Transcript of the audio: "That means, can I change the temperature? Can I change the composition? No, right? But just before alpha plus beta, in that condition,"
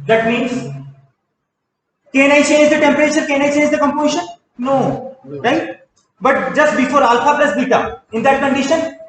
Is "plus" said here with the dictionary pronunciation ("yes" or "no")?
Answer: no